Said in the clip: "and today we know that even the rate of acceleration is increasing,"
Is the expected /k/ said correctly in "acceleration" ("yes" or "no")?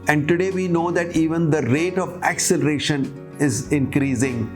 yes